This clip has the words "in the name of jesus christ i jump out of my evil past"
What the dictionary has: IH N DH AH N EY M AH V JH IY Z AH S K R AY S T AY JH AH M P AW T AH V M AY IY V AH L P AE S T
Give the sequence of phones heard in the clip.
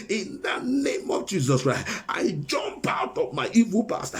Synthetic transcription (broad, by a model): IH N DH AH N EY M AH V JH IY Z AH S K R AY S T AY JH AH M P AW T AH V M AY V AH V P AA S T